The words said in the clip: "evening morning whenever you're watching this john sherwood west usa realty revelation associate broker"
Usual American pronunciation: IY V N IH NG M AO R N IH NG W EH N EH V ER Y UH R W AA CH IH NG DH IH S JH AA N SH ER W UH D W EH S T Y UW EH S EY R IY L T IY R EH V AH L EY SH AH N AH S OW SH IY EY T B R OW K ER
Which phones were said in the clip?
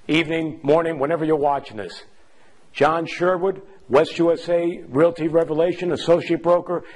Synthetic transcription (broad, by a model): IY V N IH NG M AO R N IH NG W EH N EH V ER Y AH R W AA CH IH NG DH IH S JH AA N SH ER W UH D W EH S T Y UW EH S EY R IY L T IY R EH V AH L EY SH AH N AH S OW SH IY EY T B R OW K ER